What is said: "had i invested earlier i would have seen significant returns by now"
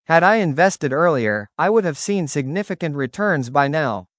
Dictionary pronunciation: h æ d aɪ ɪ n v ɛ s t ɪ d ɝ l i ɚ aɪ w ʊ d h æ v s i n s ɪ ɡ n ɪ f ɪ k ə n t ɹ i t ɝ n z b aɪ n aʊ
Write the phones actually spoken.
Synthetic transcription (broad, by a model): h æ d aɪ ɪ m v ɛ s t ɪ d ɝ l i ɚ aɪ w ʊ d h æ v s i n s ɪ ɡ n ɪ f ɪ k ə n t ɹ i t ɝ n z b aɪ n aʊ